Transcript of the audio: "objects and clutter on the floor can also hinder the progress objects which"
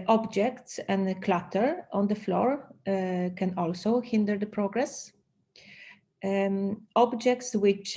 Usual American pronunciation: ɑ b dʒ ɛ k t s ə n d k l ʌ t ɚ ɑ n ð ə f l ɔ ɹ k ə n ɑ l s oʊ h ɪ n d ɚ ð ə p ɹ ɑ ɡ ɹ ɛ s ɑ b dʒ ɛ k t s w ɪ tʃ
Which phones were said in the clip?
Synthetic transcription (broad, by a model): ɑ b dʒ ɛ k t s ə n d k l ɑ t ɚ ɑ n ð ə f l ɔ ɹ k ə n ɑ l s oʊ h ɪ n d ɚ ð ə p ɹ ɑ ɡ ɹ ɛ s ɑ b dʒ ɛ k t s w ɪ tʃ